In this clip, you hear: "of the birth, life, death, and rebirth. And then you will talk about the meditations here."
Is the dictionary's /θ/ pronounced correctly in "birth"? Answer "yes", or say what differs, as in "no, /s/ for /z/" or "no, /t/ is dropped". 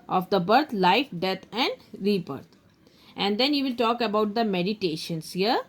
no, /t/ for /θ/